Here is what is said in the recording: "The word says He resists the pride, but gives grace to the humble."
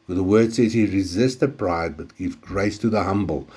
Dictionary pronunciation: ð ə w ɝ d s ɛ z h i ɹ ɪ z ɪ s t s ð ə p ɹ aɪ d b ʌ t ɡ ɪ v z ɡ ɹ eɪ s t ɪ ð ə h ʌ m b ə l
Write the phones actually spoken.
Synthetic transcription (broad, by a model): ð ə w ɝ d s ɛ z h i ɹ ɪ z ɪ s t ð ə p ɹ aɪ d b ʌ t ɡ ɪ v ɡ ɹ eɪ s t ɪ ð ə h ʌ m b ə l